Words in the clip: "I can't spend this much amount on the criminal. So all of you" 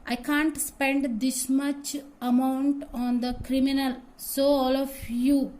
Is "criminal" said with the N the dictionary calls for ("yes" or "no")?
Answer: yes